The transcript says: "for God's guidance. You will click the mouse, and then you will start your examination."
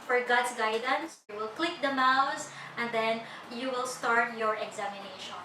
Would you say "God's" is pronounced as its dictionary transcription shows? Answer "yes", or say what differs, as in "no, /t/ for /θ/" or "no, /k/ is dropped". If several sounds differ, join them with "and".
no, /s/ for /z/